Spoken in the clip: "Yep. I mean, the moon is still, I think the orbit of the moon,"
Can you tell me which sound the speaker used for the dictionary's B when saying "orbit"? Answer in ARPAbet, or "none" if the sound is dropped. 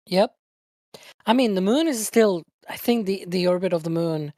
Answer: B